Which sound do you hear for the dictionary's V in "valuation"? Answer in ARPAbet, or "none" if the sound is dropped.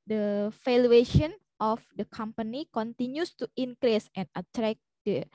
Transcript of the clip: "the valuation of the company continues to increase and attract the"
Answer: F